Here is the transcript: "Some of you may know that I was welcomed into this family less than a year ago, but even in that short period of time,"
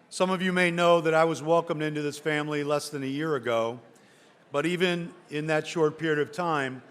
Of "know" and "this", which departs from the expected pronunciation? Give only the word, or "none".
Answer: none